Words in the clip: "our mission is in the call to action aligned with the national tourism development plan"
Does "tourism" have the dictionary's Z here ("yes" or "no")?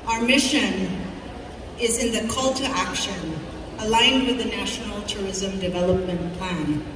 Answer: yes